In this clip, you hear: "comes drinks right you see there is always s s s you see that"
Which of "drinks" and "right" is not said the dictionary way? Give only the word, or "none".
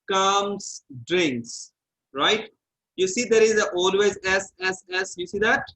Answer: none